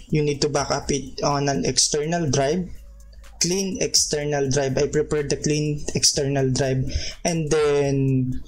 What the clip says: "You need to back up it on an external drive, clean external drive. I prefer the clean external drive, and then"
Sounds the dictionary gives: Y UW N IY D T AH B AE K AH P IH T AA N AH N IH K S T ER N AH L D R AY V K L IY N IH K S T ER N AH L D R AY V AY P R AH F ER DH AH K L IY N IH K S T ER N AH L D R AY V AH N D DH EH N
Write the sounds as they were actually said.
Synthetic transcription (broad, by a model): Y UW N IY D T AH B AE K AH P IH T AA N AH N IH K S T ER N AH L D R AY B K L IY N IH K S T ER N AH L D R AY B AY P R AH P ER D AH K L IY N IH K S T ER N AH L D R AY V AH N D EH N